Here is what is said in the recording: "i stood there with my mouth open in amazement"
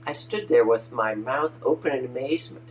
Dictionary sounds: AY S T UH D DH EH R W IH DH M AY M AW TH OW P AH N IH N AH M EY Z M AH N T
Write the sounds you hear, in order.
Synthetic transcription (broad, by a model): AY S T UH D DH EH R W IH DH M AY M AW TH OW P AH N IH N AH M EY Z M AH N T